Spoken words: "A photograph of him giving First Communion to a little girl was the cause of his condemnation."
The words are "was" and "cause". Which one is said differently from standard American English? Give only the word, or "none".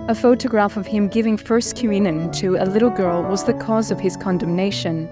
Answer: none